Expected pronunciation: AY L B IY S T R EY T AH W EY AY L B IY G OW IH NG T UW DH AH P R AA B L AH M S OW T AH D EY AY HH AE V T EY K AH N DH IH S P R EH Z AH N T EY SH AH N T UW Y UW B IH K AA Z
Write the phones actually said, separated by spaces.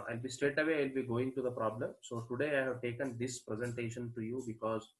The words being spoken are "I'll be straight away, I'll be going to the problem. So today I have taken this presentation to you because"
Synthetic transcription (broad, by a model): AY L B IY S T R EY T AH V EY AY L B IY G OW IH NG T UW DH AH P R AA B L AH M S OW T AH D EY AY HH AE V T EY K AH N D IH S P R EH Z AH N T EY SH AH N T UW Y UW B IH K AA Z